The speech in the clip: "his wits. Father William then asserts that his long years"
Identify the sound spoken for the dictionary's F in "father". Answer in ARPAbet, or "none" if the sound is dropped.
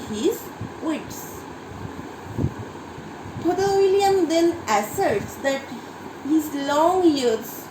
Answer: P